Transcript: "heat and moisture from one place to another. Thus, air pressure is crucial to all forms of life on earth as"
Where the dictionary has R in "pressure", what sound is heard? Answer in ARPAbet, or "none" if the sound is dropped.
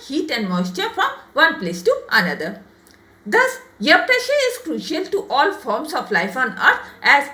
R